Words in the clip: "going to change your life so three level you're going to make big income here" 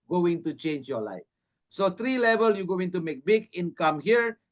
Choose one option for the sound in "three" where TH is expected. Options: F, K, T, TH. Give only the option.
T